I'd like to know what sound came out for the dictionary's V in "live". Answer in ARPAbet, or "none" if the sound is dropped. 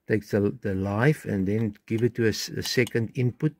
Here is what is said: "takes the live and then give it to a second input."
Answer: F